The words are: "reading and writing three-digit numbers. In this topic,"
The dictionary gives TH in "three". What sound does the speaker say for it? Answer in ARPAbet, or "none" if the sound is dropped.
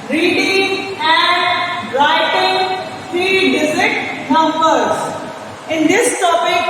F